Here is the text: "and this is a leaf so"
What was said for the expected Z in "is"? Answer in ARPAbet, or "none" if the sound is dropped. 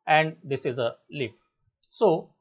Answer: Z